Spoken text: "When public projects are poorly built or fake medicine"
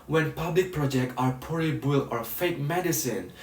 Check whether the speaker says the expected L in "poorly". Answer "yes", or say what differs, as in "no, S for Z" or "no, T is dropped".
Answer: no, L is dropped